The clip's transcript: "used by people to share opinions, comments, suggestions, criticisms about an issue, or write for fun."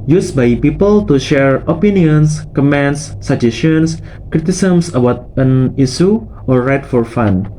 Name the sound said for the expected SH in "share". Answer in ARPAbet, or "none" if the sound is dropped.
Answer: SH